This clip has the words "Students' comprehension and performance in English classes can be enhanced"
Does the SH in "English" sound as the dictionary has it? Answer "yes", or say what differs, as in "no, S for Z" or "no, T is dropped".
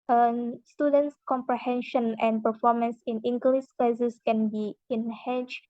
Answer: no, S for SH